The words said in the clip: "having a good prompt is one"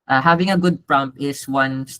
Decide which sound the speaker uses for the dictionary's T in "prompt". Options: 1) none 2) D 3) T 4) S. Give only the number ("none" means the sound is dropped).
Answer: 1